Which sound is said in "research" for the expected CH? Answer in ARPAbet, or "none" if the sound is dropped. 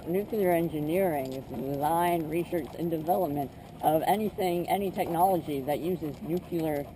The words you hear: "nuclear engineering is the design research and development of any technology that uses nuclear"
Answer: S